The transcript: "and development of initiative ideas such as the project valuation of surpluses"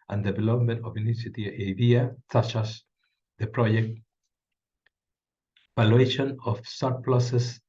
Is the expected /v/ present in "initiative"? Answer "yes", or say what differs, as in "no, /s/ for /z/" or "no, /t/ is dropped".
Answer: no, /v/ is dropped